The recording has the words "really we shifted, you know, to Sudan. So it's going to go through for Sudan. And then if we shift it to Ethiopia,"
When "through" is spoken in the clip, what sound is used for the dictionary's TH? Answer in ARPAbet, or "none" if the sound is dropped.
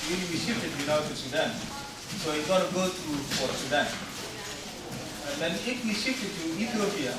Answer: T